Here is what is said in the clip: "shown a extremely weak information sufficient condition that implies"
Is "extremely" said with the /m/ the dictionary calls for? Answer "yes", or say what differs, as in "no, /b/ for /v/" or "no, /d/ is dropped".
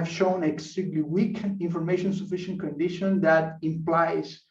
no, /m/ is dropped